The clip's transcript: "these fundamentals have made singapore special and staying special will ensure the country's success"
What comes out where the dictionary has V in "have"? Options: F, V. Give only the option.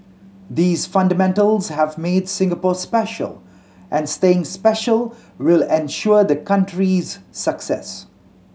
V